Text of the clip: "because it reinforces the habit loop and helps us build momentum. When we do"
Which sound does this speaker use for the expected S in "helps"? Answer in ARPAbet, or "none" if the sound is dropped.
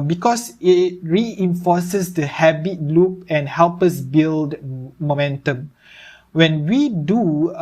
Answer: none